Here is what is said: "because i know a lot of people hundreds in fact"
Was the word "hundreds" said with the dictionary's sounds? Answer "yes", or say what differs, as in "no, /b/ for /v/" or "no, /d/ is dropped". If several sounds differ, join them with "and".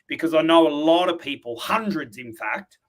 yes